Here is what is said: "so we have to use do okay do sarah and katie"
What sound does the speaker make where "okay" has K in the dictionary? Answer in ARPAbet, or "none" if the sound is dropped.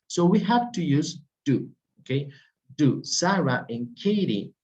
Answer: K